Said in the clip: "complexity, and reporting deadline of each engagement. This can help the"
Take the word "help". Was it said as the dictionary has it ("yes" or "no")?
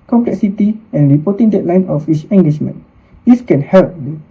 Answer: yes